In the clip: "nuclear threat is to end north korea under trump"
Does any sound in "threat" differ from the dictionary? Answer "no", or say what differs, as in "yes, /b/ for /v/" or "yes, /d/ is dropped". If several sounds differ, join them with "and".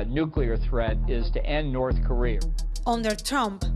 no